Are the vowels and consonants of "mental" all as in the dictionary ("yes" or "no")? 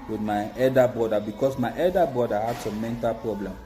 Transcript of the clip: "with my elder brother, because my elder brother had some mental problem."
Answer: yes